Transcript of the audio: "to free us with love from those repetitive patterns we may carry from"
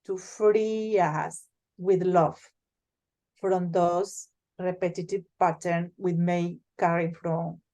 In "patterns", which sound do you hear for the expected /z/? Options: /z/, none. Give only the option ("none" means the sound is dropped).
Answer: none